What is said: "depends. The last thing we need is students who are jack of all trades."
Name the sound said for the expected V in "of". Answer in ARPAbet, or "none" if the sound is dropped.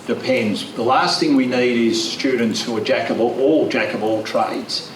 B